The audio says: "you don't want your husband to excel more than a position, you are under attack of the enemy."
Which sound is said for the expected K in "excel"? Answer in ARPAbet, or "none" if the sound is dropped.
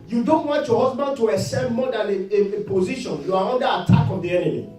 none